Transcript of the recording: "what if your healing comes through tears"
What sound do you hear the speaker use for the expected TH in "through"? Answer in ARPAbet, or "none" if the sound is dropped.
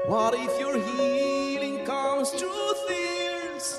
T